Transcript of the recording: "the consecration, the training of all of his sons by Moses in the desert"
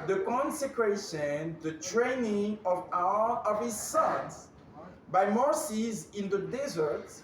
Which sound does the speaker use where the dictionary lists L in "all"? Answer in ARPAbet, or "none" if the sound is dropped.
W